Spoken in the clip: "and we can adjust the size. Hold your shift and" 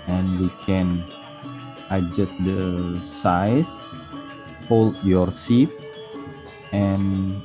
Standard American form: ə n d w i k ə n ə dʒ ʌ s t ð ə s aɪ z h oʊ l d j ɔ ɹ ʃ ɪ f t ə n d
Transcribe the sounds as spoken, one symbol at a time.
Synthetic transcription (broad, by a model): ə n w i k ə n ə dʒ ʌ s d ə s aɪ s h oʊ l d j ɔ ɹ s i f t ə n